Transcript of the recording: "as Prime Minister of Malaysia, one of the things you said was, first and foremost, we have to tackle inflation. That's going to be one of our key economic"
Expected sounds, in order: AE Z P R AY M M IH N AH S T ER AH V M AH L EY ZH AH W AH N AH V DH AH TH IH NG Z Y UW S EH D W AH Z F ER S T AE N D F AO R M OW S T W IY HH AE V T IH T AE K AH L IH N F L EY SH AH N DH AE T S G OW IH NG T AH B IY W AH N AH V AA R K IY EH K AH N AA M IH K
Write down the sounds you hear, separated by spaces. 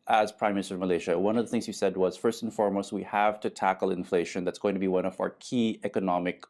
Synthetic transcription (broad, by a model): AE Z P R AY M M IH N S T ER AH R M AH L EY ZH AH W AH N AH V DH AH TH IH NG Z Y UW S EH D W AH Z F ER S T N F AO R M OW S T W IY HH AE V T IH T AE K L IH N F L EY SH AH N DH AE T S G OW IH NG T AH B IY W AH N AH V AA R K IY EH K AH N AA M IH K